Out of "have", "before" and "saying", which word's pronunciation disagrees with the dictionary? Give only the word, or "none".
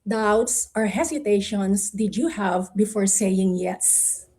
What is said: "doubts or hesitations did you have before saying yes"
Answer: none